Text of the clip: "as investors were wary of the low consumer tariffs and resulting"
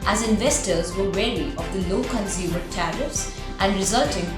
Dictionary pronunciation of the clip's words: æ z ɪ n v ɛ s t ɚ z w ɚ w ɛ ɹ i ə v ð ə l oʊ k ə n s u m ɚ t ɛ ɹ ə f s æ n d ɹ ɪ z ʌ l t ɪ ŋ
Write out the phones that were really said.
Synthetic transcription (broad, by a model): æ z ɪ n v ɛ s t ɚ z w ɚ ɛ l i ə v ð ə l oʊ k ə n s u m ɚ t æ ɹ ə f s æ n d ɹ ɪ z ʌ l t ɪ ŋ